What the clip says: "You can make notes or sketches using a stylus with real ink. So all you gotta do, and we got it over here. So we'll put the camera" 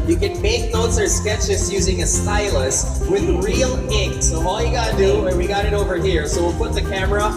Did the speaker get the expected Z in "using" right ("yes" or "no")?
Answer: yes